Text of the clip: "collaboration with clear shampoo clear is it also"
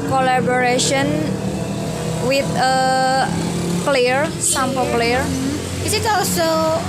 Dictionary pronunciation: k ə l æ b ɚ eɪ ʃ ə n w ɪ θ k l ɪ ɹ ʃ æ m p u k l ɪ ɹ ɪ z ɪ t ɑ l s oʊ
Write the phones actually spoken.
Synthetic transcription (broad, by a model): k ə l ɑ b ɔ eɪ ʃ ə n w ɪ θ k l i ɹ s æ m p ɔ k l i ɹ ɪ s ɪ t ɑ l s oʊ